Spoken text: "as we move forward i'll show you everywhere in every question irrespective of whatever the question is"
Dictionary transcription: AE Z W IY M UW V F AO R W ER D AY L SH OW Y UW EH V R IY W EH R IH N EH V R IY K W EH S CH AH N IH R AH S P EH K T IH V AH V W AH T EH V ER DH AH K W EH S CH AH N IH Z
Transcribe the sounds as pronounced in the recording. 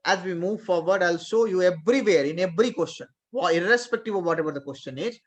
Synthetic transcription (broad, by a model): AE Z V IY M UW V F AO R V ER D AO L S OW Y UW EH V R IY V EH R IH N EH V R IY K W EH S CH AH N IH R AH S P EH K T IH V AH V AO T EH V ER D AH K W EH S CH AH N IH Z